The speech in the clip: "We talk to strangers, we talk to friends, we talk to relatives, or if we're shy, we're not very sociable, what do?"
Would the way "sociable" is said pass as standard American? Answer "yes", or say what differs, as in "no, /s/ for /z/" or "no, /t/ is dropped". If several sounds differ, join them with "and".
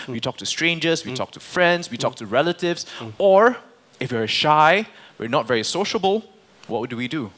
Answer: yes